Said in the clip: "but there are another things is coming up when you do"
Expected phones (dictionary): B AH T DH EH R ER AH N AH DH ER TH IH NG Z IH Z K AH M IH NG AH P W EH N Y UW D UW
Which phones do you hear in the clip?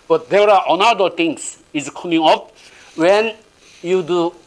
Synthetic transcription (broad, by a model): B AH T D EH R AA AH N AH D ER T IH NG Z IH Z K AH M IH NG AH P W EH N Y UW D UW